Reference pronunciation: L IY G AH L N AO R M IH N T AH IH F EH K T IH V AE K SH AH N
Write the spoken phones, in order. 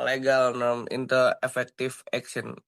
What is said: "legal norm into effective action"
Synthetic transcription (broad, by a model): L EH G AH L N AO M IH N T AH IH F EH K T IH F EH K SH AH N